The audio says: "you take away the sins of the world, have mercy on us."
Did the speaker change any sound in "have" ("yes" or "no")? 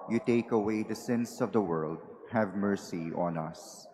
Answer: no